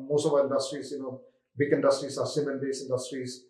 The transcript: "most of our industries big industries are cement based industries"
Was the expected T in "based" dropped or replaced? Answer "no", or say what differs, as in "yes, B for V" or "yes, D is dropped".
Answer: yes, T is dropped